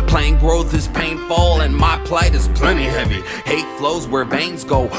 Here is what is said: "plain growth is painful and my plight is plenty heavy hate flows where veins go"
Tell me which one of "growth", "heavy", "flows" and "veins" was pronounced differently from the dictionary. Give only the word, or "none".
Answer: none